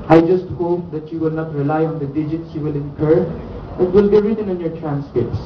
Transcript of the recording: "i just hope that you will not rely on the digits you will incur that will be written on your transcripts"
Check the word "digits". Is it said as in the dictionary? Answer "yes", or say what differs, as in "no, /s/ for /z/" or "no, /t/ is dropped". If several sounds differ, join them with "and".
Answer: yes